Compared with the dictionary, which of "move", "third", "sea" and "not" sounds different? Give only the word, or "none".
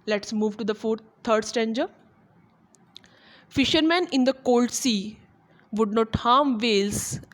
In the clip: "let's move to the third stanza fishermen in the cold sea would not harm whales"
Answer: third